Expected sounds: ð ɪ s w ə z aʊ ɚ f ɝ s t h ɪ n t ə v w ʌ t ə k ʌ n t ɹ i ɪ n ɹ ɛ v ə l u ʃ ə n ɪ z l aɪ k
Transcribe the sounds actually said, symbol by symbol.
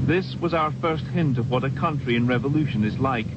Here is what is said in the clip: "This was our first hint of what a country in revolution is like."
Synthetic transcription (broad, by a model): ð ɪ s w ə z aʊ ɚ f ɝ s t h ɪ n t ə v w ʌ t ə k ʌ n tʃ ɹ i ɪ n ɹ ɛ v ə l u ʃ ə n ɪ z l aɪ k